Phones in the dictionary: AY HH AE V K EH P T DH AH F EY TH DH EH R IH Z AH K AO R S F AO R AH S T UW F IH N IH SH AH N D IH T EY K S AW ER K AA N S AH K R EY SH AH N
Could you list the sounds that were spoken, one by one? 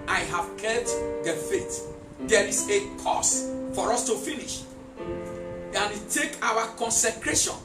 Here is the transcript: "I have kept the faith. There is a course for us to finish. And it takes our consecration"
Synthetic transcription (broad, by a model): AY HH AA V K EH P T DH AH F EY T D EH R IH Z AH K AO S F AO R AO S T UW F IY N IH SH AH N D IH T EY K AW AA K AA N S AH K R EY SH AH N